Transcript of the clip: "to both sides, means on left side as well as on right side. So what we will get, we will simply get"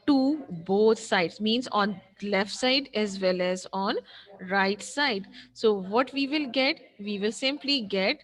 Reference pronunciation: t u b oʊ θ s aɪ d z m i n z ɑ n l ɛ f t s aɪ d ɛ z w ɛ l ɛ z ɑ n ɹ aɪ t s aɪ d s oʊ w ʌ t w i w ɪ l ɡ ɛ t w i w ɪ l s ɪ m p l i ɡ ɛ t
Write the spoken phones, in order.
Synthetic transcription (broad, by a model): t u b oʊ t s aɪ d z m i n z ɑ n l ɛ f t s aɪ d ɛ z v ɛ l ɛ z ɑ n ɹ aɪ t s aɪ d s oʊ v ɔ t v i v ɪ l ɡ ɛ t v i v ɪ l s ɪ m p l i ɡ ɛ t